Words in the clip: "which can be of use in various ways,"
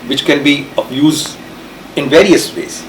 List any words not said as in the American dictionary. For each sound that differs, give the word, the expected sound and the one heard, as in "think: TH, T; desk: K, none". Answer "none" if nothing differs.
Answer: of: V, P